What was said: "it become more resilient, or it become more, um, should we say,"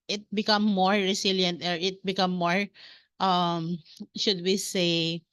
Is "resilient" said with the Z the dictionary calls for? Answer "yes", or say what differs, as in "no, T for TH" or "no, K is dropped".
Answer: no, S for Z